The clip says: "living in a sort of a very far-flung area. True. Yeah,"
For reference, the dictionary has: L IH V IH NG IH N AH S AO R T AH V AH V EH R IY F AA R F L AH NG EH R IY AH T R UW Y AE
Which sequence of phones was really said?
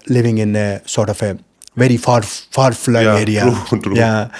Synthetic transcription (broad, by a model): L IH V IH NG IH N AH S AO R T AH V AH V EH R IY F AA R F AA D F L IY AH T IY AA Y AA